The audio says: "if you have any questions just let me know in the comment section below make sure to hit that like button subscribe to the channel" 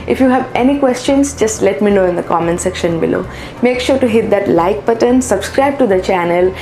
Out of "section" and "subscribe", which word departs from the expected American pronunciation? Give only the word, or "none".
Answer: none